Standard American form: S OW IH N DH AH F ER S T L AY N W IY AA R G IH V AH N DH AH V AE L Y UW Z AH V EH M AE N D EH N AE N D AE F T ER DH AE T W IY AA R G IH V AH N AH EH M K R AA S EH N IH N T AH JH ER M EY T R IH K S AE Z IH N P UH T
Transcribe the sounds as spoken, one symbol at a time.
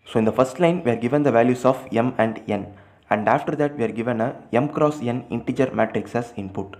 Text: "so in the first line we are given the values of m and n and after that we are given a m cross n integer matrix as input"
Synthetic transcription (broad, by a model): S OW IH N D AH F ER S T L AY N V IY AA R G IH V AH N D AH V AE L Y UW S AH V EH M AE N D EH N AE N D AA F T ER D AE T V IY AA R G IH V AH N AH EH M K R AA S EH N IH N T AH JH ER M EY T R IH K S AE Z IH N P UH T